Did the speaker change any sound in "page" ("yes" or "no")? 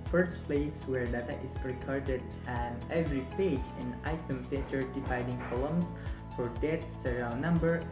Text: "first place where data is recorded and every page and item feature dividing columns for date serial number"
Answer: no